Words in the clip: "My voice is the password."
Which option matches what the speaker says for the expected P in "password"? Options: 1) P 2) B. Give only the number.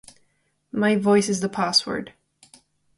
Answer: 1